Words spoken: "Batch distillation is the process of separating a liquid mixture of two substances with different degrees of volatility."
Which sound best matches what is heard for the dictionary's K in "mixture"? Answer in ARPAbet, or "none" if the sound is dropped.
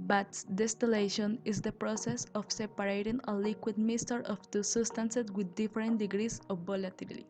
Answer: none